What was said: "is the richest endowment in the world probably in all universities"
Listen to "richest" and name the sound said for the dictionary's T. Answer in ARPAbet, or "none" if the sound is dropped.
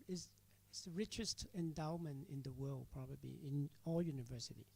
T